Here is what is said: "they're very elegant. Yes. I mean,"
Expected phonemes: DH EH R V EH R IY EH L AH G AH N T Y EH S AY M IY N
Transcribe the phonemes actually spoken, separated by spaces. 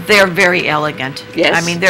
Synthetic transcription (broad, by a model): DH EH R V EH R IY EH L AH G AH N T Y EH AY M IY N